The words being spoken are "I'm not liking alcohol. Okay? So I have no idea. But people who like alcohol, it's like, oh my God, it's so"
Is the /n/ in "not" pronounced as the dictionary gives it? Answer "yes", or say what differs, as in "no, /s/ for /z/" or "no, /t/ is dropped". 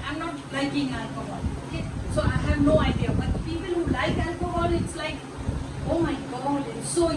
yes